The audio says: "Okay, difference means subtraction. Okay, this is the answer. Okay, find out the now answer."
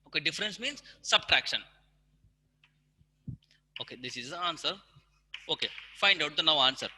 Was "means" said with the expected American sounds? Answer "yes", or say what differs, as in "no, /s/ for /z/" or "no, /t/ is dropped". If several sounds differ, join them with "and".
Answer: yes